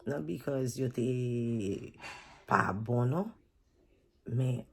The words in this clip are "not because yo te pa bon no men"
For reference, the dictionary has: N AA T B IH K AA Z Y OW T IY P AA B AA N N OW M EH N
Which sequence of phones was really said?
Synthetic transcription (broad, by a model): N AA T B IH K AA Z Y OW T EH P AA B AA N N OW M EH